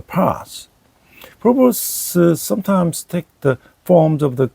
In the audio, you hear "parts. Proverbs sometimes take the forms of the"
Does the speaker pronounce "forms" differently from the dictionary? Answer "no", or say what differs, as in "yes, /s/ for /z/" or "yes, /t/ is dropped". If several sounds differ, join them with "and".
no